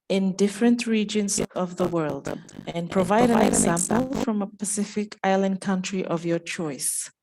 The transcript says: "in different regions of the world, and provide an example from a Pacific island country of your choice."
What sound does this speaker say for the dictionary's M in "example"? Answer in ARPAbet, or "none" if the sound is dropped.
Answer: M